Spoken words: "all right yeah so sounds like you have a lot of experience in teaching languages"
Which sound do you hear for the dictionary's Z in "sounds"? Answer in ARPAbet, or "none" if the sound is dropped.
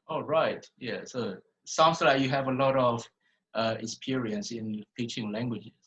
S